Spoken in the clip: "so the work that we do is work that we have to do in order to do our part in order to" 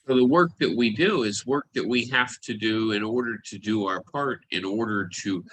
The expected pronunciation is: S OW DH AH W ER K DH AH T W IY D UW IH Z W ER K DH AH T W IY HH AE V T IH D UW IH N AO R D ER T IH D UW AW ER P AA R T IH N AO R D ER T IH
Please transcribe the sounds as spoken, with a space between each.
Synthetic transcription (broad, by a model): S OW DH AH W ER K DH AH T W IY D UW IH Z W ER K DH AH T W IY HH AE F T IH D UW IH N AO R D ER T IH D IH AW ER P AA R T IH N AO R D ER T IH